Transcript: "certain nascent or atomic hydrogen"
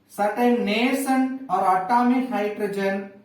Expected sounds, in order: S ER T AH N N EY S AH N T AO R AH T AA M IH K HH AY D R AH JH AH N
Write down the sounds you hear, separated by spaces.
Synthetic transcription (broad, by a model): S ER T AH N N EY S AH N AO R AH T AA M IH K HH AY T R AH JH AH N